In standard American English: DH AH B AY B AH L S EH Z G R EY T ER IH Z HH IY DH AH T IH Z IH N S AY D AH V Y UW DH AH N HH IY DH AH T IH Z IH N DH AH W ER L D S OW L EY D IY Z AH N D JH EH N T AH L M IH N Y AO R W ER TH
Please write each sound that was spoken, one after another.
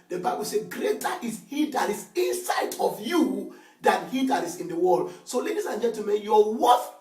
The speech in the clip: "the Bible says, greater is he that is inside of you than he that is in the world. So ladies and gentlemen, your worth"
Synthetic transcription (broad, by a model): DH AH B AY B AH L S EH G R EY T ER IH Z HH IY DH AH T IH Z IH N S AY D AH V Y UW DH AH N HH IY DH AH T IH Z IH N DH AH W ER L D S OW L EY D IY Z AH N JH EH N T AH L M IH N Y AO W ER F